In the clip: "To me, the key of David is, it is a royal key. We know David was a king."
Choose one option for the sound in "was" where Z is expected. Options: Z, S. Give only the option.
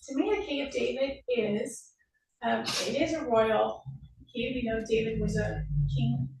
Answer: Z